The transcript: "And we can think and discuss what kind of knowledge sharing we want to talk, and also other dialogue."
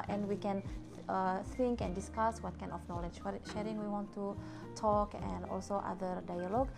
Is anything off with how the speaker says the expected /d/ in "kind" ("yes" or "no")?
yes